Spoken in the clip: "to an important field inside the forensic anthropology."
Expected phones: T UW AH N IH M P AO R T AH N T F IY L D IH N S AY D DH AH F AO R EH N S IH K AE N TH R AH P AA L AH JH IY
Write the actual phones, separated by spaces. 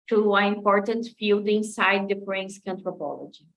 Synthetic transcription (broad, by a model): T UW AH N IH M P AO R T AH N T F IY L D IH N S AY D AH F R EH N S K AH N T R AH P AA L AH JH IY